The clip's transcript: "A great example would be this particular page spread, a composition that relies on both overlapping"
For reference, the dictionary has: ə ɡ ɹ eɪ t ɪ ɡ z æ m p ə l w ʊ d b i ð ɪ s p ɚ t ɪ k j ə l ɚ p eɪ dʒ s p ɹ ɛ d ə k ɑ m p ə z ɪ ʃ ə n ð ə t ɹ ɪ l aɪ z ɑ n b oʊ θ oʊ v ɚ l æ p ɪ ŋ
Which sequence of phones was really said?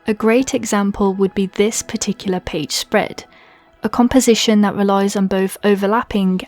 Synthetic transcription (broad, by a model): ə ɡ ɹ eɪ t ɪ ɡ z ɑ m p ə l w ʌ d b i ð ɪ s p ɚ t ɪ k j l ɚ p eɪ dʒ s p ɹ ɛ d ə k ɑ m p ə z ɪ ʃ ə n ð ə t ɹ ɪ l aɪ z n b oʊ θ oʊ v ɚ l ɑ p ɪ ŋ